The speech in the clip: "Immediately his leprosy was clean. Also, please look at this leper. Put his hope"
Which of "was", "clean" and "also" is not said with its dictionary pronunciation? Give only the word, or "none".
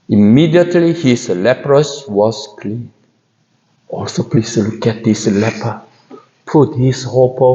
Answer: was